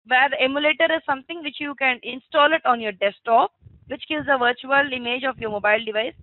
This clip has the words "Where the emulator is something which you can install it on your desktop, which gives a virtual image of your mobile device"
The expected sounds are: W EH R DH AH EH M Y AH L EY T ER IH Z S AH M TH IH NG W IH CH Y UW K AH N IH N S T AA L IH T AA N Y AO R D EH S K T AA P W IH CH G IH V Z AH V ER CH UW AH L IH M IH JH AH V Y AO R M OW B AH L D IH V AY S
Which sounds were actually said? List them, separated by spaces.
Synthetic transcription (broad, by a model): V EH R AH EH M Y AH L EY T ER IH Z S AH M T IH NG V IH CH Y UW K AH N IH N S T AA L IH T AA N Y AO R D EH S T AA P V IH CH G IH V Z AH V ER CH UW AH L IH M IH JH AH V Y AO R M OW B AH L D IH V AY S